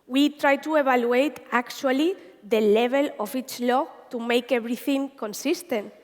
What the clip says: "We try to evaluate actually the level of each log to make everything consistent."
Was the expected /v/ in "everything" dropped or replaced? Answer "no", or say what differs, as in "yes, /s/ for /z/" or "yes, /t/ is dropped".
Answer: yes, /b/ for /v/